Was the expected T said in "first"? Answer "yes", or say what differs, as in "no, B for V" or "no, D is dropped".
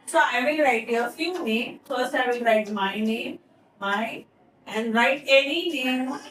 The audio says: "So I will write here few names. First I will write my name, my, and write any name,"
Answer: no, T is dropped